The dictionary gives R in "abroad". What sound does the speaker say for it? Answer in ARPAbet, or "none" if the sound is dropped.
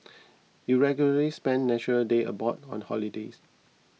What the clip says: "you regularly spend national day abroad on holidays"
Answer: none